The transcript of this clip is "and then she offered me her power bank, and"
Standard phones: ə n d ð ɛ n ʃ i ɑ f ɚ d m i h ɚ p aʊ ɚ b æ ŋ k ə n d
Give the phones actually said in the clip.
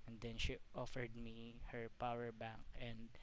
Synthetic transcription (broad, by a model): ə n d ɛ n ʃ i ɑ f ɚ d m i h ɚ p aʊ ɚ b æ ŋ k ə n d